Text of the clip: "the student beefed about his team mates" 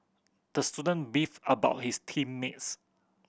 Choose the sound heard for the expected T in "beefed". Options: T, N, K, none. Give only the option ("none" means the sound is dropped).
none